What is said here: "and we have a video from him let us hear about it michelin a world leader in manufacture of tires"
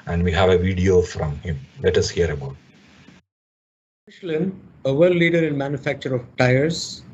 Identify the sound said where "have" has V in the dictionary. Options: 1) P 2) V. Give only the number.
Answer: 2